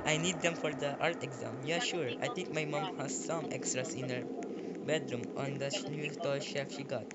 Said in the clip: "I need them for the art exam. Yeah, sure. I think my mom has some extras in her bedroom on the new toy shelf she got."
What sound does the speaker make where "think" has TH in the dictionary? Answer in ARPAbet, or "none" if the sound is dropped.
T